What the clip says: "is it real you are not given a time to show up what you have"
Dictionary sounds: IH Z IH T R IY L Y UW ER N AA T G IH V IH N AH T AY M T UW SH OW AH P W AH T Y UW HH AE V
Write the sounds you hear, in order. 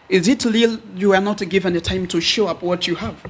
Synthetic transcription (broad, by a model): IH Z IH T L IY L Y UW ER N AA T G IH V IH N AH T AY M T UW SH OW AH P W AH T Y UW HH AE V